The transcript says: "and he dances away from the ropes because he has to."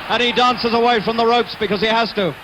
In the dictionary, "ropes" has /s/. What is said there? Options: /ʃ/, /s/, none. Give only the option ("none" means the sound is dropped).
/s/